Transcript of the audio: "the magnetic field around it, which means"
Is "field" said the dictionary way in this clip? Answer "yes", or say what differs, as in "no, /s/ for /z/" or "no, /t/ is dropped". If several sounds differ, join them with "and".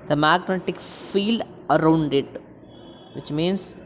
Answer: yes